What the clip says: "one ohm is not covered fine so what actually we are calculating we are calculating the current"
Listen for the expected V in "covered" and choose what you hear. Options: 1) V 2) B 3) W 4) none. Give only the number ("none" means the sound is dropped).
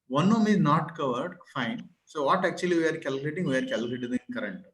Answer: 1